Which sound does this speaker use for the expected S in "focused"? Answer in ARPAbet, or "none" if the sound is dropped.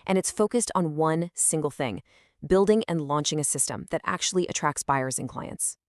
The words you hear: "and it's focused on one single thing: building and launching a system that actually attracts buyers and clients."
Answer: S